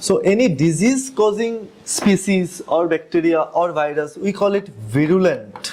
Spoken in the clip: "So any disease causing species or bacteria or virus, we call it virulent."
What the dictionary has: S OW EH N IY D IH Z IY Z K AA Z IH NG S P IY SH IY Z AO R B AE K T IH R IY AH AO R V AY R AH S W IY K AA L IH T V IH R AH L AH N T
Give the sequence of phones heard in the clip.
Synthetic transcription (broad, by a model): S OW EH N IY D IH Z IY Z K AA Z IH NG S P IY S IY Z AO R B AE K T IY R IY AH AO R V AY R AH S W IY K AA L IH T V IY R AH L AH N T